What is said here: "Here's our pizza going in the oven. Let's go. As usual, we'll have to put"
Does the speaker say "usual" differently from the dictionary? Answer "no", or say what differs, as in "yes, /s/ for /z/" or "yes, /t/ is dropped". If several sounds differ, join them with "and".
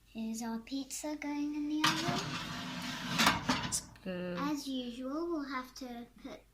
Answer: no